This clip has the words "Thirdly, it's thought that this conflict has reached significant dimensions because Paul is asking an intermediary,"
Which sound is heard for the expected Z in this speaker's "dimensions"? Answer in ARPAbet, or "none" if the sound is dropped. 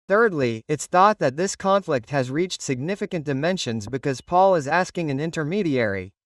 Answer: Z